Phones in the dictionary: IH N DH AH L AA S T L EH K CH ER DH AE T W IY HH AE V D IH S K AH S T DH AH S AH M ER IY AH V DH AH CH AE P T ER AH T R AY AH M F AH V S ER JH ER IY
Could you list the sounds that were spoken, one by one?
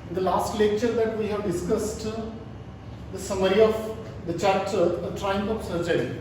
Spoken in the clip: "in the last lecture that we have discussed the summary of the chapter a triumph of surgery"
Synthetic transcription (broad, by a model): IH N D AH L AA S T L EH K CH ER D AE T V IY HH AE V D IH S K AH S T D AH S AH M ER IY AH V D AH CH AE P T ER AH T R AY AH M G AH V S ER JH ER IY